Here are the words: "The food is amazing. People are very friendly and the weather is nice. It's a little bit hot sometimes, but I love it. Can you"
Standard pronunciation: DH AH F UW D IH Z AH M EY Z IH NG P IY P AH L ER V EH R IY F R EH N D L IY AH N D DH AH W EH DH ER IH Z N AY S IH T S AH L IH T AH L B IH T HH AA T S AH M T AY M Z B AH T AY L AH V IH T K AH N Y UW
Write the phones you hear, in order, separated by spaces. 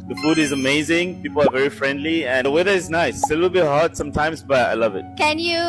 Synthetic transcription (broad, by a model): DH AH F UW D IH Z AH M EY Z IH NG P IY P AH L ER V EH R IY F R EH N D L IY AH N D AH W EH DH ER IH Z N AY S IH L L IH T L B IH T HH AA T S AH M T AY M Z B AH T AY L AH V IH T K AH N Y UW